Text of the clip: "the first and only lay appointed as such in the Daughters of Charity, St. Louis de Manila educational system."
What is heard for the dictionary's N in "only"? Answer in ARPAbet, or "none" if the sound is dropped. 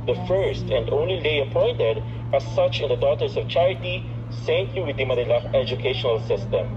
N